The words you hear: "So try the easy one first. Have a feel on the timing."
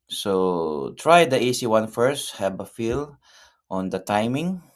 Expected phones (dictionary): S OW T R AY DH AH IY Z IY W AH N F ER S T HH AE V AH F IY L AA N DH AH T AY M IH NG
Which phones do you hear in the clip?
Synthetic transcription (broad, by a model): S OW T R AY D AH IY S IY W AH N F ER S T HH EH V AH F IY L AA N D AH T AY M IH NG